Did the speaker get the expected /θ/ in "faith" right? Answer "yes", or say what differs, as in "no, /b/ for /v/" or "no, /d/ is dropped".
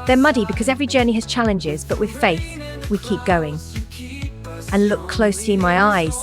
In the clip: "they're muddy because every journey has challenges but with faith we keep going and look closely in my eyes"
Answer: yes